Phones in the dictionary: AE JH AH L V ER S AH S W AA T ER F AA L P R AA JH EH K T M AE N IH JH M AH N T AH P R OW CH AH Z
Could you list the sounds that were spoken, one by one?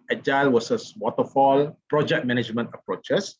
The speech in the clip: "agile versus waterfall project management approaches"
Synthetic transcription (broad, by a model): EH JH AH L W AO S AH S W AA T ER F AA L P R AA JH EH K T M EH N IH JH M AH N T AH P R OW CH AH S